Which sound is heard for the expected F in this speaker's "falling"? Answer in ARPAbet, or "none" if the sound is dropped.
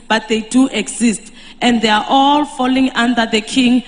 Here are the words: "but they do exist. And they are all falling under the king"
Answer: F